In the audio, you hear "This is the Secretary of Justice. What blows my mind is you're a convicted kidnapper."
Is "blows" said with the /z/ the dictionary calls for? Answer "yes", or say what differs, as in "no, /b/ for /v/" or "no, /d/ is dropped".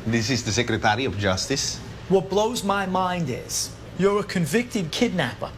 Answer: yes